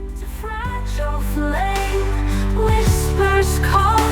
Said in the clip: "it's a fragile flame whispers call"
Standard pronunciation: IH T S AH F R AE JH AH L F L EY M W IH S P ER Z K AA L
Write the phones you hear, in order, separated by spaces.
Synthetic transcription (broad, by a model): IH AH F R AE JH AH L F L EY M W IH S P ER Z K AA